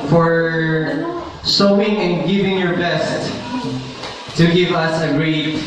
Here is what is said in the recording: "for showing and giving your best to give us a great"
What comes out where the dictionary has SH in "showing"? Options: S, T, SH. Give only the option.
S